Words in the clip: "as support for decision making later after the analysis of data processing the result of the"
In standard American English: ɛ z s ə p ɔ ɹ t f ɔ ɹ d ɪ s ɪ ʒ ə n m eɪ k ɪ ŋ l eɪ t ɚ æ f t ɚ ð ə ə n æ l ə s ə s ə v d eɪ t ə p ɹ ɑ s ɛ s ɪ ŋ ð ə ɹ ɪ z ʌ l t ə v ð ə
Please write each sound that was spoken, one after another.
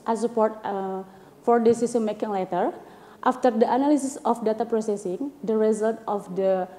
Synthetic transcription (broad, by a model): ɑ s ə p ɔ ɹ t f ɔ ɹ d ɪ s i s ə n m eɪ k ɪ ŋ l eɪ t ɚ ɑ f t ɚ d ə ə n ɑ l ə s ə s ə f d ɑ t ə p ɹ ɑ s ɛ s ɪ ŋ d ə ɹ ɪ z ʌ l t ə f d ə